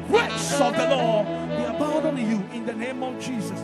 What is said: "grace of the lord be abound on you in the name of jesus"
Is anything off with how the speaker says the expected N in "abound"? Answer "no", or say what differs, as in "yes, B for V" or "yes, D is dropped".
yes, N is dropped